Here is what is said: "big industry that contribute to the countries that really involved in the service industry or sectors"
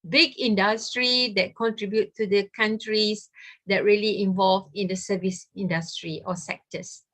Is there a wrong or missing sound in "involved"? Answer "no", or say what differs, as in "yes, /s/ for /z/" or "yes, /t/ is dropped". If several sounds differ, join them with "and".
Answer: yes, /d/ is dropped